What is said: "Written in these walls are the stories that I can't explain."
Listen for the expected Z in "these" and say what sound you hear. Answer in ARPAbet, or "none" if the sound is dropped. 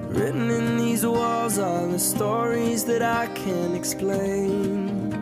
Z